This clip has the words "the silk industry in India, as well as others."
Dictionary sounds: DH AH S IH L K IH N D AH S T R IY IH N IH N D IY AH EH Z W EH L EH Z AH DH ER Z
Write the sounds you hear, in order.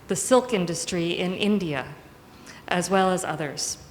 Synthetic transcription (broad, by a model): DH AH S IH L K IH N D AH S T R IY IH N IH N D IY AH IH Z W EH L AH Z AH DH ER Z